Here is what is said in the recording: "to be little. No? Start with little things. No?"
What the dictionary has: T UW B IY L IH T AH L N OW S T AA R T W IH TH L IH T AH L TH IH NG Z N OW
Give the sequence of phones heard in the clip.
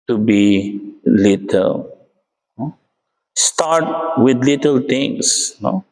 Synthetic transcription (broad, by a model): T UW B IY L IH T AH L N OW S T AA R T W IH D L IH T AH L T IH NG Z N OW